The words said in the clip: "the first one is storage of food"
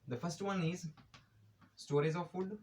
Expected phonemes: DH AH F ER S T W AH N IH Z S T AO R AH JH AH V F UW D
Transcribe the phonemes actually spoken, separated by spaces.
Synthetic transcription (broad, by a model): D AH F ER S T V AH N IH Z S T AO R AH Z AH V F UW D